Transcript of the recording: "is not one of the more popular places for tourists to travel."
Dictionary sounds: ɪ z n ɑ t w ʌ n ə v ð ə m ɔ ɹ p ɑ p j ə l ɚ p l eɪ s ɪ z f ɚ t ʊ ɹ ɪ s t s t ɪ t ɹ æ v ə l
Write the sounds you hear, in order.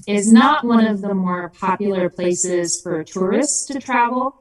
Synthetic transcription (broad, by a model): ɪ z n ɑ t w ʌ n ə v ð ə m ɔ ɹ p ɑ p j l ɚ p l eɪ s ɪ z f ɚ t ʊ ɹ ɪ s t s t ɪ t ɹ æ v l